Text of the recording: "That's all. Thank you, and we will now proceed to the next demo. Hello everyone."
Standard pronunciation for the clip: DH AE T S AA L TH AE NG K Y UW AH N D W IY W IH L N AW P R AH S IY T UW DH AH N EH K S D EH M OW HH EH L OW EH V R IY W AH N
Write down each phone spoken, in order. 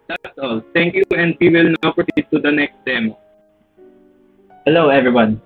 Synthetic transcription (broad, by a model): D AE T S AA L T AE NG K Y UW AH N D W IY W IH L N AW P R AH IY T UW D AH N EH K S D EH M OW HH EH L OW EH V R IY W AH N